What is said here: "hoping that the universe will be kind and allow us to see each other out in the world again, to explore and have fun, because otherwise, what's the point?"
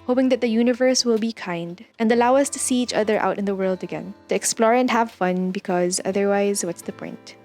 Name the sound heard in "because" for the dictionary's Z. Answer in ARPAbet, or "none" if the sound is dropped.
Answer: Z